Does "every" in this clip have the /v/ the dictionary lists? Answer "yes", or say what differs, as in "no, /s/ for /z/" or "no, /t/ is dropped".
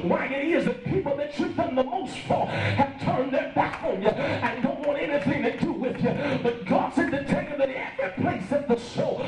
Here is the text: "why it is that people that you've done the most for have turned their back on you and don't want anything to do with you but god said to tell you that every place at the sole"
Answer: no, /v/ is dropped